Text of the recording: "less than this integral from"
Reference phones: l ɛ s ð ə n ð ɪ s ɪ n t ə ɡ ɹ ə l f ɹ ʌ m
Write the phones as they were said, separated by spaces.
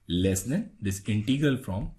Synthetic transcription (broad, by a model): l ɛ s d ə n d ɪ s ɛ n t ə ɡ ə l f ɹ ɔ m